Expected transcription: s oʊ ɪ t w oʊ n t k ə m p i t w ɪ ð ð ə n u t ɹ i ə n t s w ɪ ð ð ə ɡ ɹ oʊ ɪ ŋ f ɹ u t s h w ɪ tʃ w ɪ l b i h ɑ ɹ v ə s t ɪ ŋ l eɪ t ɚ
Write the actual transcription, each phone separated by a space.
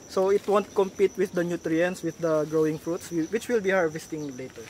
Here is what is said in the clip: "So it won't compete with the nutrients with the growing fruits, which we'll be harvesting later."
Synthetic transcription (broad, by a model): s oʊ ɪ t w oʊ n t k ə m p i t w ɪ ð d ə n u t ɹ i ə n s w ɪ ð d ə ɡ ɹ oʊ ɪ ŋ f ɹ u t s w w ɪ tʃ w ɪ l b i h ɑ ɹ v ə s t ɪ ŋ l eɪ t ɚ